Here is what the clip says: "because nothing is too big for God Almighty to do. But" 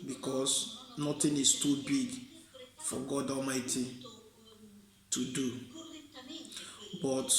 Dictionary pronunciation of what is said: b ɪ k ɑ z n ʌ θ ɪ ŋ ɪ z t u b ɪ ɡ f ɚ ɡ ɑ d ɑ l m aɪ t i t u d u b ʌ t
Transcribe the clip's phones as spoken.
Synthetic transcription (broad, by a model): b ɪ k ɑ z n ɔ t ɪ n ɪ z t u b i ɡ f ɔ ɡ ɑ d ɑ l m aɪ t i t u d u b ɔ t